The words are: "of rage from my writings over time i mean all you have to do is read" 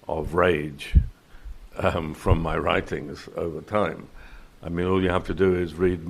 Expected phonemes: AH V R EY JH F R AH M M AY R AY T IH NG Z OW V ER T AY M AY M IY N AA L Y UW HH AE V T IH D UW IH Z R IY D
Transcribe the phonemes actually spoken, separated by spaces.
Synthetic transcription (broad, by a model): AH V R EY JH F R AH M M AY R AY T IH NG Z OW V ER T AY M AY M IY N AA L Y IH HH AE F T IH D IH IH Z R IY D